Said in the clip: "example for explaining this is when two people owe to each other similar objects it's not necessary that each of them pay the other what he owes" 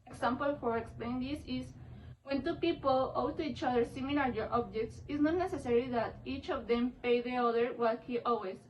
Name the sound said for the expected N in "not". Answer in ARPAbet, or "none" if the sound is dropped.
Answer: N